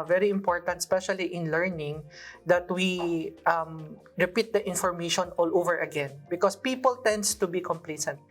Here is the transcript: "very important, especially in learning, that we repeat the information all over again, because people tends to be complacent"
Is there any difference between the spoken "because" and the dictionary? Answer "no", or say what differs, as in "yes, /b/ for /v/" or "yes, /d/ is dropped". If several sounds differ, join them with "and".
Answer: yes, /s/ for /z/